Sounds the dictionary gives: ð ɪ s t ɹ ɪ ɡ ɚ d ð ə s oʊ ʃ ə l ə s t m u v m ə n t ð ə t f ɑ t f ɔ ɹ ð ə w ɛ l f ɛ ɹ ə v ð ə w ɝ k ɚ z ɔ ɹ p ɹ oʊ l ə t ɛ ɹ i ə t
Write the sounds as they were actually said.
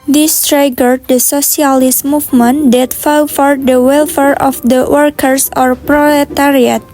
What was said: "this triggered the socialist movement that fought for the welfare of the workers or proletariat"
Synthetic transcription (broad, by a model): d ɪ s t ɹ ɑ ɡ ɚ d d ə s oʊ s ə l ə s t m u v m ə n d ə t f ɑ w f ɔ ɹ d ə w ɛ l f ɛ ɹ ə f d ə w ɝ k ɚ s ɔ ɹ p ɹ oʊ l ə t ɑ ɹ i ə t